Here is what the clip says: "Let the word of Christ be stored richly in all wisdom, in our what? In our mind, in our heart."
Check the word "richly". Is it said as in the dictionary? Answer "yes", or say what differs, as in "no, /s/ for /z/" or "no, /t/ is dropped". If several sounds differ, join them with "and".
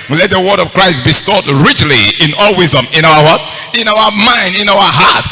yes